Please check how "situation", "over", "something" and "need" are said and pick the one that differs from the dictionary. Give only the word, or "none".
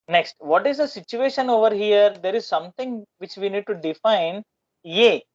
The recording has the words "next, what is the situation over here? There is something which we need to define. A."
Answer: something